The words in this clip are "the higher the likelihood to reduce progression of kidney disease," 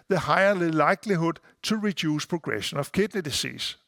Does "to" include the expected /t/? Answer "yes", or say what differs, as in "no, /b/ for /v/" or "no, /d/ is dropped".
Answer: no, /s/ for /t/